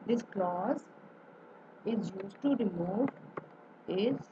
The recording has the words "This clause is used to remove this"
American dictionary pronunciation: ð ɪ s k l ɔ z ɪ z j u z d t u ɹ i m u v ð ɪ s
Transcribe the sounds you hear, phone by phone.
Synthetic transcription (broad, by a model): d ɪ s k l ɔ z ɪ z j u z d t u ɹ i m u v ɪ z